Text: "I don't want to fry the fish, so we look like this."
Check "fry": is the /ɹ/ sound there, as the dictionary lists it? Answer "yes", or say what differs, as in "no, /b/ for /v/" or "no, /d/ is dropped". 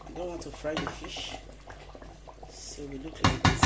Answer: yes